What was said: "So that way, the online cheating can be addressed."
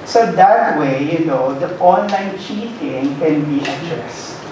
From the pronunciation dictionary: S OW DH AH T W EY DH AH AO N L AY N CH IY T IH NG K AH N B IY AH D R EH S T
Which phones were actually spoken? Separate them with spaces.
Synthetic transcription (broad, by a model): S OW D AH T W EY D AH AO N L AY N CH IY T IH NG K AH N B IY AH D R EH S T